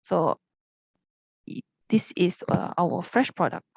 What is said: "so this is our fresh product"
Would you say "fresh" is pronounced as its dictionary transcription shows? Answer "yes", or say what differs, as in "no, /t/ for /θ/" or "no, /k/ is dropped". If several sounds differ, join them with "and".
yes